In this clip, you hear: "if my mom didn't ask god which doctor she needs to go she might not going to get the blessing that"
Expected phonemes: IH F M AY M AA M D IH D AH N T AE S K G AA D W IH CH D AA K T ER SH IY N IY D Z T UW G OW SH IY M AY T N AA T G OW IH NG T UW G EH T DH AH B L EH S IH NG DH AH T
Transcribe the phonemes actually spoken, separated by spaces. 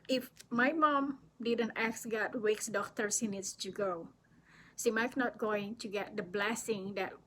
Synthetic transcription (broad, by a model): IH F M AY M AA M D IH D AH N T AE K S G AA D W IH S D AA K T ER S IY N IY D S T UW G OW S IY M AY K N AA T G OW IH NG T UW G EH T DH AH B L EH S IH NG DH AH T